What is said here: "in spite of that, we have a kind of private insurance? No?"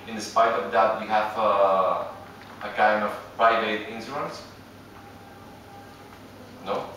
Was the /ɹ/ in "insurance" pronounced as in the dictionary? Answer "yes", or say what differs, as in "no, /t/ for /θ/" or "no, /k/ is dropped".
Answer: no, /ɹ/ is dropped